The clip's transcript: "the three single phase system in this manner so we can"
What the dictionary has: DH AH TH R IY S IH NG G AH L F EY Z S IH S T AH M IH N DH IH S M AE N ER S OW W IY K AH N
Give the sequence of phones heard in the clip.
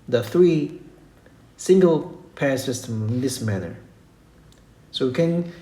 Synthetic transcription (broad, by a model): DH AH TH R IY S IH NG G AH L P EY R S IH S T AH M IH N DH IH S M AE N ER S OW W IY K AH N